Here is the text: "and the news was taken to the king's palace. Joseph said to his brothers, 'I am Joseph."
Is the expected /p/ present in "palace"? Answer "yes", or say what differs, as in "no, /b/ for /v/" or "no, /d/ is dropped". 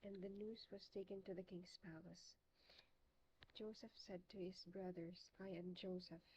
yes